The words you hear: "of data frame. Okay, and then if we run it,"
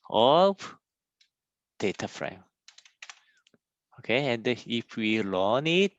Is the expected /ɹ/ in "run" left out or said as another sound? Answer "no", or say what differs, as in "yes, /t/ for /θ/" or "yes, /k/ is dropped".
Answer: yes, /l/ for /ɹ/